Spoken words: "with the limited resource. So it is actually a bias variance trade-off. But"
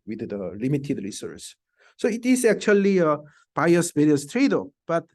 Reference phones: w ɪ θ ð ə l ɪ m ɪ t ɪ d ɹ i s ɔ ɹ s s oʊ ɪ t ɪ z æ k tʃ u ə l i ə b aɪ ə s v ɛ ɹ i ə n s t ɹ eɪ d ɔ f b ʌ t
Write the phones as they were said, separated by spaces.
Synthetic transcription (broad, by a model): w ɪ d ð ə l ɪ m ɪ t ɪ d ɹ i s ɔ ɹ s s oʊ ɪ t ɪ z æ k tʃ u ə l i ə b aɪ ə s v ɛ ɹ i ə s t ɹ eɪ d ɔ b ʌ t